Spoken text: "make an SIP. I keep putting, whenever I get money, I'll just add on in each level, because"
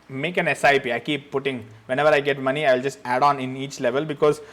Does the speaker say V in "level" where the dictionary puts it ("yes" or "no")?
yes